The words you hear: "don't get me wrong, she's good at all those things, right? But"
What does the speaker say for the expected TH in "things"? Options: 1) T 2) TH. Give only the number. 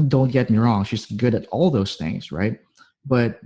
2